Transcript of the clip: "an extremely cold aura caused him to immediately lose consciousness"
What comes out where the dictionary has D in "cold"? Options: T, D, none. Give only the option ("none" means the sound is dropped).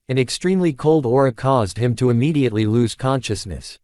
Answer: D